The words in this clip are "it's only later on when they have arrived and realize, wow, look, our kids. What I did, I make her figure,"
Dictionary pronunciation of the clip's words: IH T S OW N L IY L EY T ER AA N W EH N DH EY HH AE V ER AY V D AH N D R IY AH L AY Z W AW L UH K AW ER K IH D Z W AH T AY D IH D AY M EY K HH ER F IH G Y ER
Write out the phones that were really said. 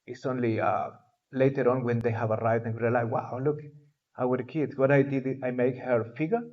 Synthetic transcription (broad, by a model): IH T S OW N L IY L EY T ER AA N W EH N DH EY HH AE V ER AY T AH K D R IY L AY W AW L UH K AW ER K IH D S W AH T AY D IH D AY M EY K HH ER F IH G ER